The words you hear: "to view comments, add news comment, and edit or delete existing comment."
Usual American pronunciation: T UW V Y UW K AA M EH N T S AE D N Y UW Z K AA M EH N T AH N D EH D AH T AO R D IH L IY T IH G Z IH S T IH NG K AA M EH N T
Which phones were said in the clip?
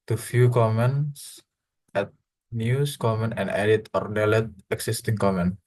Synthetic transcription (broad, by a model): T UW F Y UW K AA M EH N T S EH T N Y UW S K AA M EH N T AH N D EH D AH T AO R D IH L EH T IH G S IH S T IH NG K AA M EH N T